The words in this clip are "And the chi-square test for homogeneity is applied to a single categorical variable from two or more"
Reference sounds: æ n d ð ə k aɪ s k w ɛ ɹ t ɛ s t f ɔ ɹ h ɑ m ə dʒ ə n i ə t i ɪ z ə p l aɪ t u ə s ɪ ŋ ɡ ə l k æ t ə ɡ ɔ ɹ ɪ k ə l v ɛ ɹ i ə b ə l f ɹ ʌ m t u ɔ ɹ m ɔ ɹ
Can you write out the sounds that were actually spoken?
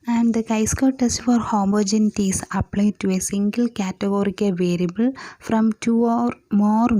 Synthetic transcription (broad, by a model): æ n d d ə k aɪ s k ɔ t ɛ s t f ɔ ɹ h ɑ m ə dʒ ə n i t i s ə p l aɪ t u ə s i ŋ ɡ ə l k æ t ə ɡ ɔ ɹ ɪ k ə v ɛ ɹ i ə b ə l f ɹ ʌ m t u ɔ ɹ m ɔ ɹ